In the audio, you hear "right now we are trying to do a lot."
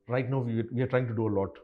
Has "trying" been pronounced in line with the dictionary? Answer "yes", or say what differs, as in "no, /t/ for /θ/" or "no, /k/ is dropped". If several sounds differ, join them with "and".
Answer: yes